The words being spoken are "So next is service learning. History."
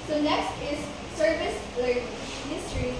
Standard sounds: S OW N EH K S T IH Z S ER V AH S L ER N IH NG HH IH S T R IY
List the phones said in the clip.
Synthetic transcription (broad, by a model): S OW N EH K S T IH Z S ER V AH S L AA IH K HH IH S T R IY